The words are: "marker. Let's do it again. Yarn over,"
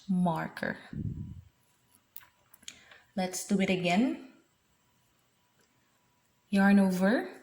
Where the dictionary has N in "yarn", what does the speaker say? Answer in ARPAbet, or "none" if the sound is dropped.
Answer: N